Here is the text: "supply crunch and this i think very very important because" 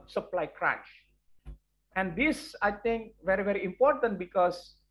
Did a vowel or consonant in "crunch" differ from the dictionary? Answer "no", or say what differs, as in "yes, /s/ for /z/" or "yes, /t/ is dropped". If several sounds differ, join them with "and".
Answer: yes, /n/ is dropped